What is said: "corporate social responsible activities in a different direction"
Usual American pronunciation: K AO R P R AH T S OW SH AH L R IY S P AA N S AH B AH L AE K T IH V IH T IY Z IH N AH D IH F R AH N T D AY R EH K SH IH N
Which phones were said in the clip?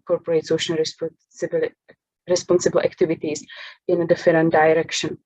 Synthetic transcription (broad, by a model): K AO R P R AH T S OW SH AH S R IY S P AA N S AH B AH L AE K T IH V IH T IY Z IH N AH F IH R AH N D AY R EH K SH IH N